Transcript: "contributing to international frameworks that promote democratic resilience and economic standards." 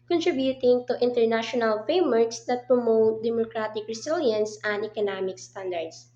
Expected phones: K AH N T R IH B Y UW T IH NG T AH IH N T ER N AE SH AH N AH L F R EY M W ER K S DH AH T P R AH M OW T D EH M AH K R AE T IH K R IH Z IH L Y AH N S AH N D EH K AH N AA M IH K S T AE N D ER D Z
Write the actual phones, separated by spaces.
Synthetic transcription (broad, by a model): K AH N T R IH B Y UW T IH NG T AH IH N T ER N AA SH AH N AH L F EY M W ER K S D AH T P R AH M OW T D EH M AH K R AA T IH K R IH S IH L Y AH N S AH N D EH K AH N AA M IH K S T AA N D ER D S